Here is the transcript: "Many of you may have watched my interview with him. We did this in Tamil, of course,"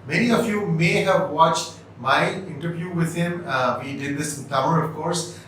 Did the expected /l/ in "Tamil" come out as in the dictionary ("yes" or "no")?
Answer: no